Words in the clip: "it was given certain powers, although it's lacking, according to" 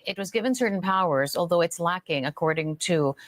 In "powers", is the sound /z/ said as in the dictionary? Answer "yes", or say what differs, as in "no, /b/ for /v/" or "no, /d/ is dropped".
yes